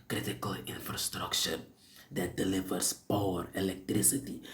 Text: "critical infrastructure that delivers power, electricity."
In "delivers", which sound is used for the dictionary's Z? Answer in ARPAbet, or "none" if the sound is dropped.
S